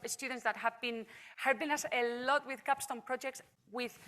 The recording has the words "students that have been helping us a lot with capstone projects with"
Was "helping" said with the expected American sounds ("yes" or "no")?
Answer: no